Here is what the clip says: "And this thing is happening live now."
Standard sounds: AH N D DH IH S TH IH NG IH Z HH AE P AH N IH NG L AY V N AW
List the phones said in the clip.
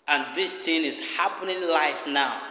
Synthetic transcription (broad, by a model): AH N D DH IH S T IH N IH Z HH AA P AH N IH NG L AY F N AW